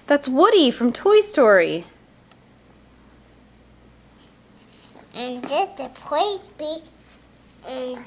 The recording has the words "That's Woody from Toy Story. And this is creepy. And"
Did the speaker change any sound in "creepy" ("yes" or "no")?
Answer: yes